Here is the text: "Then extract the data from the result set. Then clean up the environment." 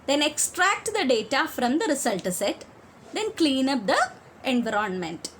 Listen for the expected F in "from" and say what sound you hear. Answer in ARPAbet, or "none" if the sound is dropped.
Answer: F